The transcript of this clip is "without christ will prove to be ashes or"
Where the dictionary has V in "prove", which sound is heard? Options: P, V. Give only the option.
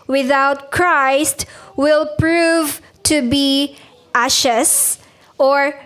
V